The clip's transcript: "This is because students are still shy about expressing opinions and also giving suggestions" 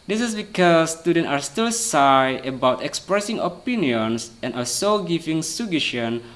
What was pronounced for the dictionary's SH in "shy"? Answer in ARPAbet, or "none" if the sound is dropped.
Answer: S